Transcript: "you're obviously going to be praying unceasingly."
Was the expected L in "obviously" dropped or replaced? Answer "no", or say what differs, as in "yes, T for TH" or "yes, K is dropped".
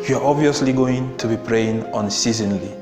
no